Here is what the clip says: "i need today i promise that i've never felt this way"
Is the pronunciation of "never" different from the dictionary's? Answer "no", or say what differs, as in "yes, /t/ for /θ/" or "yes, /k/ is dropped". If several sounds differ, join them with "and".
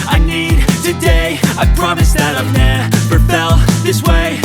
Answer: yes, /p/ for /v/